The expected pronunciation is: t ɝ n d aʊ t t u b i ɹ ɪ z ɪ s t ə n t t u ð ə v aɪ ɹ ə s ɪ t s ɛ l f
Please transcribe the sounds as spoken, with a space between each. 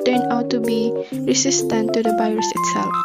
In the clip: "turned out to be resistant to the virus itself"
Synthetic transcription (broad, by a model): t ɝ n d aʊ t t u b i ɹ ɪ s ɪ s t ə n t t u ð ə b aɪ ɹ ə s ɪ t s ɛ l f